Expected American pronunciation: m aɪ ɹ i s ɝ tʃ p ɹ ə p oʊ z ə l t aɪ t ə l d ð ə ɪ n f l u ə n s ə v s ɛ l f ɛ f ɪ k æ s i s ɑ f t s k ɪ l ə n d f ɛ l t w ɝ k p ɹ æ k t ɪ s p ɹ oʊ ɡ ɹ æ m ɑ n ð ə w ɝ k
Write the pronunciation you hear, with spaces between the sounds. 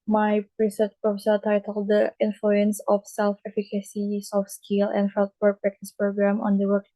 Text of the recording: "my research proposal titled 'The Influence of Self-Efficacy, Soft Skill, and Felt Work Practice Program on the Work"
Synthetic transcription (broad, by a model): m aɪ ɹ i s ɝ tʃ p ɹ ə f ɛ s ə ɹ t aɪ t ə l d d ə ɪ n f l u ə n s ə f s ɛ l f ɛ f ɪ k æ s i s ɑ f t s k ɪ l ə n d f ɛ l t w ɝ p ɹ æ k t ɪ s p ɹ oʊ ɡ ɹ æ m ɑ n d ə w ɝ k